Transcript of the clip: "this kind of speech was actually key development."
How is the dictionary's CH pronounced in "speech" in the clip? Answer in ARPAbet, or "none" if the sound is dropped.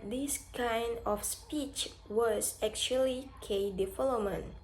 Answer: CH